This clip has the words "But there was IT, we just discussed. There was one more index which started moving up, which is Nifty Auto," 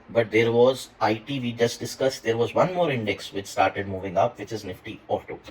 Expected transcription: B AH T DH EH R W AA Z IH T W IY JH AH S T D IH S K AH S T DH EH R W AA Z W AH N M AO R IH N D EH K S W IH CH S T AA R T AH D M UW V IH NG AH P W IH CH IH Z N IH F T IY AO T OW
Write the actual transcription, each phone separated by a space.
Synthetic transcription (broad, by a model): B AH T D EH R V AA Z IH T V IY JH AH S T D IH S K AH S T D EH R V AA Z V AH N M AO R IH N D EH K S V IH CH S T AA R T AH D M UW V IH NG AH P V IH CH IH Z N IH F T IY AO T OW